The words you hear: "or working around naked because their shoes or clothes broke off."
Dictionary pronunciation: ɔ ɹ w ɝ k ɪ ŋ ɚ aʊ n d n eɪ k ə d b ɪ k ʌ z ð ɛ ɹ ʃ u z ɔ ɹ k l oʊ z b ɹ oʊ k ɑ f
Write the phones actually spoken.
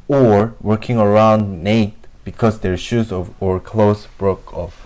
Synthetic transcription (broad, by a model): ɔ ɹ w ɝ k ɪ ŋ ɚ aʊ n d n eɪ ə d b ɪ k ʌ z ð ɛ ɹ ʃ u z ɔ ɹ k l oʊ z b ɹ oʊ k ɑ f